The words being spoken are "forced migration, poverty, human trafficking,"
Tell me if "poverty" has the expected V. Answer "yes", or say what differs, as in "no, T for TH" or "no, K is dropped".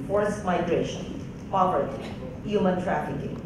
no, P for V